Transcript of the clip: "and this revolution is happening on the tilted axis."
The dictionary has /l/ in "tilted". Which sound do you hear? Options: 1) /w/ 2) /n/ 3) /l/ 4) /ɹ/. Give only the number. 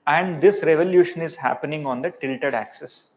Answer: 3